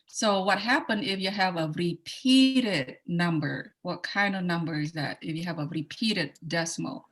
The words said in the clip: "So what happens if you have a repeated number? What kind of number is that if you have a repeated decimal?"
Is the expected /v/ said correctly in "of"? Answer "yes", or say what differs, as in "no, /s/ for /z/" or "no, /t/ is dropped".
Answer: yes